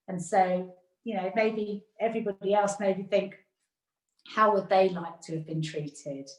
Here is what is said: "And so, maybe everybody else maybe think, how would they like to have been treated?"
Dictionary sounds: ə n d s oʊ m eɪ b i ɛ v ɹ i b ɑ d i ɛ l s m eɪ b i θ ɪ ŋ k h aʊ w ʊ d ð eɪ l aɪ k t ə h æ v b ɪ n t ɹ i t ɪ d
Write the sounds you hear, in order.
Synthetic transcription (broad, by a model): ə n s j oʊ m eɪ b i ɛ v ɹ i b ɑ d i ɛ l s m eɪ b i θ ɪ ŋ k h aʊ w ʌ d ð eɪ l aɪ k t ə v b ɪ n t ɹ i t ɪ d